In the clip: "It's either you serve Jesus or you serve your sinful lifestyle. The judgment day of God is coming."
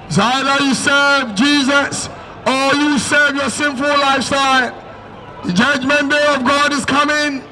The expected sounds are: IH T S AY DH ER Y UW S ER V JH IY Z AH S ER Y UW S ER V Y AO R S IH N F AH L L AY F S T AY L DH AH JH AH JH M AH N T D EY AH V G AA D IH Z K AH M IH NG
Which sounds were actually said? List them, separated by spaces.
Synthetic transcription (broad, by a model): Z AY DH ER Y UW S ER V JH IY Z AH S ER Y UW S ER V Y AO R S IH N F AH L L AY F S T AY L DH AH JH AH JH M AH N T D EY AH V G AA D IH Z K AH M IH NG